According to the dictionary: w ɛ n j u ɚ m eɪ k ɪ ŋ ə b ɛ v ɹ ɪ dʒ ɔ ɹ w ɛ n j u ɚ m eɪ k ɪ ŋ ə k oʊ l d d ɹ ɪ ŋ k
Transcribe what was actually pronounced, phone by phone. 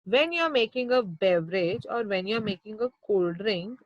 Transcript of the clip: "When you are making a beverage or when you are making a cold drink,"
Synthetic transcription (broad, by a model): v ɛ n j u ɚ m eɪ k ɪ ŋ ə b ɛ v ɹ ɪ dʒ ɔ ɹ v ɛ n j u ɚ m eɪ k ɪ ŋ ə k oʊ l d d ɹ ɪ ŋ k